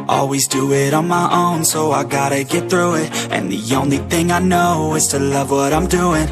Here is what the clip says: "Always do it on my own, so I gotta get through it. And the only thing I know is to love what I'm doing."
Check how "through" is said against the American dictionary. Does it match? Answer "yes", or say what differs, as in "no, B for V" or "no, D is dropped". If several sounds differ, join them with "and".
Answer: yes